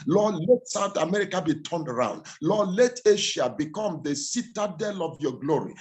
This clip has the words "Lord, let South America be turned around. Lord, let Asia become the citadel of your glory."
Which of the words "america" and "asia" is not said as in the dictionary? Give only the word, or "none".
asia